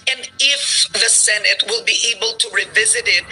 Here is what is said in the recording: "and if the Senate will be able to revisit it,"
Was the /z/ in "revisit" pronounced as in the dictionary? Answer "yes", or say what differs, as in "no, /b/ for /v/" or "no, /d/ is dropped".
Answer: yes